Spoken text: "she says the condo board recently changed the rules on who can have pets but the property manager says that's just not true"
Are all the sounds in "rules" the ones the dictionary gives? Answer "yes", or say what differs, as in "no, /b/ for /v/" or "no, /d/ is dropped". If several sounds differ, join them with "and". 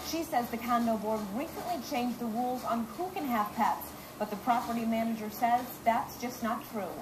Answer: yes